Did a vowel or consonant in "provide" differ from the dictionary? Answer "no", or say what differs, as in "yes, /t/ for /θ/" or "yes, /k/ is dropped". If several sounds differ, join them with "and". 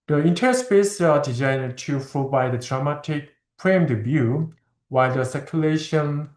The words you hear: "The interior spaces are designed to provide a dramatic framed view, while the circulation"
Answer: yes, /b/ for /v/